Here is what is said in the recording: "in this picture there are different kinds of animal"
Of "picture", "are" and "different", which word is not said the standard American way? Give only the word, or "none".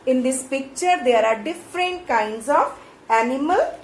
none